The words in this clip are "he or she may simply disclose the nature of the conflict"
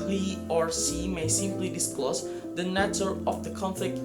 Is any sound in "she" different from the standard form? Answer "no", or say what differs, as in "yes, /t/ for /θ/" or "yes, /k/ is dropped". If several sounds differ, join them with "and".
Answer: yes, /s/ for /ʃ/